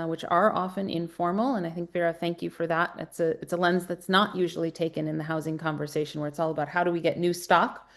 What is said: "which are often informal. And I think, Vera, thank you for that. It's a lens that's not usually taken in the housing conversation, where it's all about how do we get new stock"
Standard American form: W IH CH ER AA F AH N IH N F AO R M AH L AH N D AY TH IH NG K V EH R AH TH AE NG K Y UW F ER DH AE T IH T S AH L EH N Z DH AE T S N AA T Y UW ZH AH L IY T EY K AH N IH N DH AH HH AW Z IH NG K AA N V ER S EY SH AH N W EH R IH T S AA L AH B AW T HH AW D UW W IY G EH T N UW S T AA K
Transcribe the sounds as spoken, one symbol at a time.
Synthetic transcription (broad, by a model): W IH CH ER AA F AH N IH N F AO R M L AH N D AY TH IH NG K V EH R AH TH AE NG K Y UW F ER DH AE T IH T S AH L EH N Z DH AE T S N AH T Y UW ZH L IY T EY K AH N IH N DH AH HH AW Z IH NG K AA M V ER S EY SH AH N W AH R IH T S AA L AH B AW T HH AW D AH W IY G EH T N UW S T AA K